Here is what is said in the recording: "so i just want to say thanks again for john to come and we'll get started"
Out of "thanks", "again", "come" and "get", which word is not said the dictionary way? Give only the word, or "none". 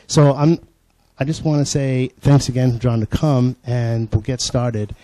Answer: none